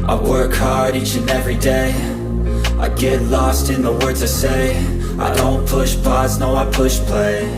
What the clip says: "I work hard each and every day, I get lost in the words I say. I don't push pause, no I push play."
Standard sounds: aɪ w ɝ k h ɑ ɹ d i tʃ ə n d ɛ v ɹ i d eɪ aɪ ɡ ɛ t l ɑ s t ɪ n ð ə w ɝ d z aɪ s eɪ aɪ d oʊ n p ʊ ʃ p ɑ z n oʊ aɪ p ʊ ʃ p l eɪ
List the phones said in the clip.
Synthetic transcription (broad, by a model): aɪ w ɝ k h ɑ ɹ d i tʃ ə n ɛ v ɹ i d eɪ aɪ ɡ ɛ t l ɑ s t ɪ n ð ə w ɝ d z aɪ s eɪ aɪ d oʊ n p ʊ ʃ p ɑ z n oʊ aɪ p ʊ ʃ p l eɪ